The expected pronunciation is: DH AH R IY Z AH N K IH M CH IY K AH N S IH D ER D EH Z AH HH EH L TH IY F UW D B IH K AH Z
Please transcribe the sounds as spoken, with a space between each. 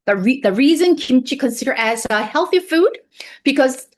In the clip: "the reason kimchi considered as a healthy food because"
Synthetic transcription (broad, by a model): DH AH R IY Z AH N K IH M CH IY K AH N S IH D ER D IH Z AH HH EH L TH IY F UW D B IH K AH Z